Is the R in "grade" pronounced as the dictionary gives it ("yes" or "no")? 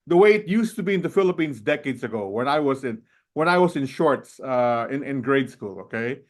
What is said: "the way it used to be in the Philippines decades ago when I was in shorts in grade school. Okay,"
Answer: yes